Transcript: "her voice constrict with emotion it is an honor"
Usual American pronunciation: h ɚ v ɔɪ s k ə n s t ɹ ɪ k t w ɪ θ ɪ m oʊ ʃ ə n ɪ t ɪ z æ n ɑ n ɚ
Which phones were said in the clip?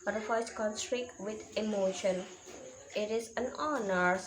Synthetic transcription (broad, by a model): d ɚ f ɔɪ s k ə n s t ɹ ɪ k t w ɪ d ɪ m oʊ ʃ ə n ɪ t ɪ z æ n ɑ n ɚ